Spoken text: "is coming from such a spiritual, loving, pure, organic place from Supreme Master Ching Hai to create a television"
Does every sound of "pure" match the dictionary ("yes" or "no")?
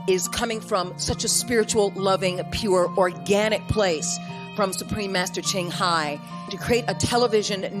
yes